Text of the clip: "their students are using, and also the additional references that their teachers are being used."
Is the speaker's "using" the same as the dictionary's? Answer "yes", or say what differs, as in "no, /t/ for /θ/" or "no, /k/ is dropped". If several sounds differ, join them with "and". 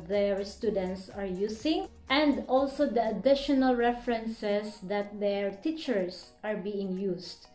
no, /s/ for /z/